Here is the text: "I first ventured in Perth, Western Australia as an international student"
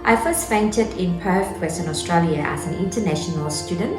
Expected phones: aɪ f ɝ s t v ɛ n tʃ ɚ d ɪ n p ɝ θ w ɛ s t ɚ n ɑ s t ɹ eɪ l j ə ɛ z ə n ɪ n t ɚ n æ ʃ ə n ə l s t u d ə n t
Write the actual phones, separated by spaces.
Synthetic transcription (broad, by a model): aɪ f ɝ s t f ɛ n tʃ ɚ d ɪ n p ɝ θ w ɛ s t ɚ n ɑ s t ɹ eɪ l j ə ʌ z ə n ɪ n t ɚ n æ ʃ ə n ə l s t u d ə n t